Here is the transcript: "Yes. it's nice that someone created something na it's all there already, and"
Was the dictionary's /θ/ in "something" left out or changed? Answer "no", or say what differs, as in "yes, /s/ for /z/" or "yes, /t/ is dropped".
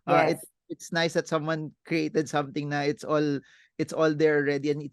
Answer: yes, /t/ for /θ/